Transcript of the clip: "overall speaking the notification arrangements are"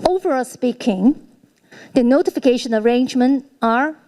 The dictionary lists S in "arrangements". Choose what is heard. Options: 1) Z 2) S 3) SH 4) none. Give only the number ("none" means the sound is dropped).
4